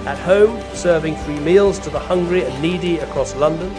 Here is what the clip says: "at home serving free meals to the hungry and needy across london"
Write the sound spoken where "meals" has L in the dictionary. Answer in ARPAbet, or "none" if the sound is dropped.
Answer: L